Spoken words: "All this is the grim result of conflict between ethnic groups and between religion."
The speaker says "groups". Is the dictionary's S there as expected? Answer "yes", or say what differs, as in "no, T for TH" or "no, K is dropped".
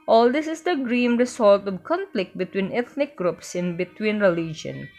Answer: yes